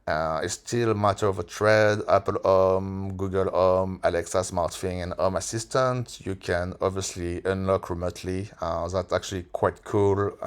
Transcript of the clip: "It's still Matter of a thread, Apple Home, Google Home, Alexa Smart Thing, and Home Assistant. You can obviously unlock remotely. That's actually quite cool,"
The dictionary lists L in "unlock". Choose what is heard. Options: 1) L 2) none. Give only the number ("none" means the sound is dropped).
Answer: 1